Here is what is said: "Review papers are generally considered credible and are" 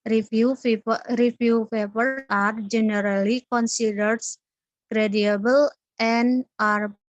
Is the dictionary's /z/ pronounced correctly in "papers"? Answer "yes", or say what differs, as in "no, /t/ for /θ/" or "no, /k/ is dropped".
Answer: no, /z/ is dropped